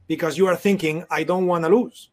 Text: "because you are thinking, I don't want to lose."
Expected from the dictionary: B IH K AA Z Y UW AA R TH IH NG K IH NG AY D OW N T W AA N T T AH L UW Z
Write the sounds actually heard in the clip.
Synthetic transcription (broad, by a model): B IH K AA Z Y UW AA R TH IH NG K IH NG AY D OW N T W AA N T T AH L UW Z